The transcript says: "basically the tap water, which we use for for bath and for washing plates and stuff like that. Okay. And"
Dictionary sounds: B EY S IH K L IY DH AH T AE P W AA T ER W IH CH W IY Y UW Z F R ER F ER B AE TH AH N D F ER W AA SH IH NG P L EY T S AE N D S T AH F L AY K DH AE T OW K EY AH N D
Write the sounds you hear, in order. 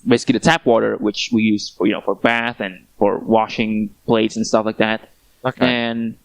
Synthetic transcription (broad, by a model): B EY S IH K L IY DH AH T AE P W AA T ER W IH CH W IY Y UW Z F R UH F ER B AE TH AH N F ER W AA SH IH NG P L EY T S N S T AH F L AY K DH AE T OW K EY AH N